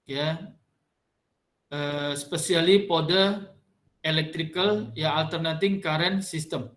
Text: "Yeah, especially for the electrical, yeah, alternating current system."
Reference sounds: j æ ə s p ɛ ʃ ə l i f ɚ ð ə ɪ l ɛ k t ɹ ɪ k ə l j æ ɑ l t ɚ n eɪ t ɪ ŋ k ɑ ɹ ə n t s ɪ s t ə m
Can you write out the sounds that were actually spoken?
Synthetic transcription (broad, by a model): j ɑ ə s p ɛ s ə l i p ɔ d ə ɪ l ɛ k t ɹ ɪ k ə l j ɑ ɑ l t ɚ n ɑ t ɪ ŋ k ɑ ɹ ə n s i s t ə m